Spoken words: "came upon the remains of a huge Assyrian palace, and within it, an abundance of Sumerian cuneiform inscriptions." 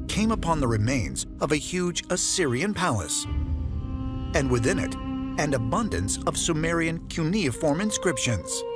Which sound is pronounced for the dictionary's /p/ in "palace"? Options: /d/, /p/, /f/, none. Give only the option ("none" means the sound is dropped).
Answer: /p/